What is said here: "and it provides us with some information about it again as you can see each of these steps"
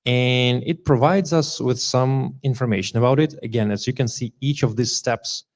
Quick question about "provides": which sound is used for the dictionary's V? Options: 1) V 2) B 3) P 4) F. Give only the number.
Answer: 1